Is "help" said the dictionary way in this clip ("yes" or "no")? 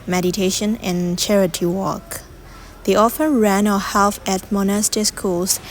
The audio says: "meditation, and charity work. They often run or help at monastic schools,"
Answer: no